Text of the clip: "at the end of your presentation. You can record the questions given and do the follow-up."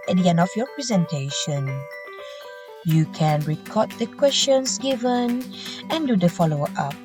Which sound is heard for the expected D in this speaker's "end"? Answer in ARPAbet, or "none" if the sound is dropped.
none